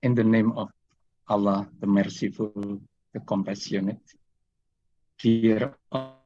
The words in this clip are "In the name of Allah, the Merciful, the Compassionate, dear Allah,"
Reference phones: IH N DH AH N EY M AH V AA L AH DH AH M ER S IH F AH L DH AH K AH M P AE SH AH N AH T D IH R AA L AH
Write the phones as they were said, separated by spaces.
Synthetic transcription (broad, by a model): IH N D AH N EY M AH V AA L AH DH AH M ER S IH F AH L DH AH K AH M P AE S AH N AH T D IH R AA